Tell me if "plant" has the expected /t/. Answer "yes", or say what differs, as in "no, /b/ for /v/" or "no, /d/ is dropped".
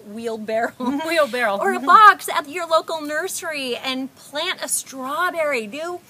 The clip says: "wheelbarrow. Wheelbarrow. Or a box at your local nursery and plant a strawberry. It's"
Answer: yes